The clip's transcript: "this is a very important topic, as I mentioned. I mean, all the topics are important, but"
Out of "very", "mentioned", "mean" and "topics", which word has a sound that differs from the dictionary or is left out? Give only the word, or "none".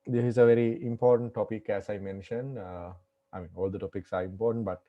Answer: none